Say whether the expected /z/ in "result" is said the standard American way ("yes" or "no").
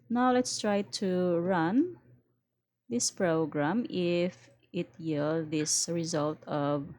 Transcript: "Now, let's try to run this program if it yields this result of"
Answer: yes